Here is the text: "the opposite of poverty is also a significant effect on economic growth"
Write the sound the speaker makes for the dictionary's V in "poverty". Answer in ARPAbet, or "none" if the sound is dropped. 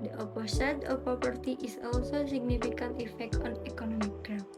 P